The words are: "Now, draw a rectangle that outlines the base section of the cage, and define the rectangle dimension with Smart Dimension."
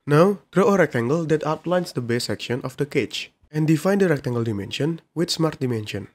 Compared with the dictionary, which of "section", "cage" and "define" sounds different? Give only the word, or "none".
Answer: cage